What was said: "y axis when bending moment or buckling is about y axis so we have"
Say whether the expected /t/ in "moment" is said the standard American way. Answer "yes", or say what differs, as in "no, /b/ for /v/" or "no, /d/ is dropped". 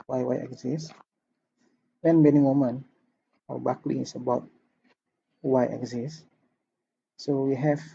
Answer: no, /t/ is dropped